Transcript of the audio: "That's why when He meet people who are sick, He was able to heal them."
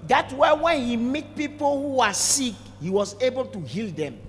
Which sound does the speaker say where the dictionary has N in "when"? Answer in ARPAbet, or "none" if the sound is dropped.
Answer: N